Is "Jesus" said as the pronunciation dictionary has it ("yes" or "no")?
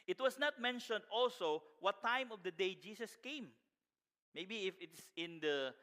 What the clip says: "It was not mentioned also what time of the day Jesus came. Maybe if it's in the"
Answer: no